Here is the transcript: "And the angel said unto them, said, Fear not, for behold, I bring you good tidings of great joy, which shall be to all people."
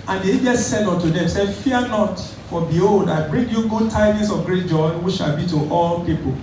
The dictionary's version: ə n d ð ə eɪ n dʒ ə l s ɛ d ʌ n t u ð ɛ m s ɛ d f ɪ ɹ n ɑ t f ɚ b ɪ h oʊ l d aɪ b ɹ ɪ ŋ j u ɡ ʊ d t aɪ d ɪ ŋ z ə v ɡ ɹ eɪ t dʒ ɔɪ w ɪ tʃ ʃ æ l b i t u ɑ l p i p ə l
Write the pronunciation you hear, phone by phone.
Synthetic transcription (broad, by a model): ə n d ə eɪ dʒ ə s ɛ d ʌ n t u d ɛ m s ɛ d f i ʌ n ɑ t f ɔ b ɪ h oʊ l d aɪ b ɹ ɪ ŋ j u ɡ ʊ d t aɪ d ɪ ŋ s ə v ɡ ɹ eɪ t dʒ ɔɪ w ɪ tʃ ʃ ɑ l b i t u ɑ l p i p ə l